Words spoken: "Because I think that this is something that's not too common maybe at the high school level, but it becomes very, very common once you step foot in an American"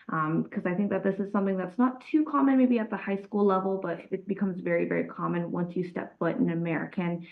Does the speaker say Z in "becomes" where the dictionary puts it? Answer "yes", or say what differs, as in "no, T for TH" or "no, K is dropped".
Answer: yes